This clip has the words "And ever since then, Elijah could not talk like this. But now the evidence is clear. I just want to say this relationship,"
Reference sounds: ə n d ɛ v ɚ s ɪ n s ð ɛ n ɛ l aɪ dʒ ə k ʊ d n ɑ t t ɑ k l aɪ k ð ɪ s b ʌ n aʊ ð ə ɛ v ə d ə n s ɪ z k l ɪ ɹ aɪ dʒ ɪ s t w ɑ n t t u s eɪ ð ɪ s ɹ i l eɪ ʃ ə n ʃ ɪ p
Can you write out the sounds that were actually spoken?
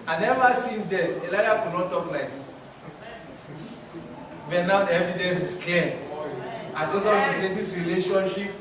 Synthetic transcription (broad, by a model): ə n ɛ v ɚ s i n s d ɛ ɛ l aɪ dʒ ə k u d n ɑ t t ɑ k l aɪ k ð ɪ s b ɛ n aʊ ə ɛ v ə d ə n s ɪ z k l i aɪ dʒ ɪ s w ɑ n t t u s eɪ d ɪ s ɹ i l eɪ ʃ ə n ʃ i p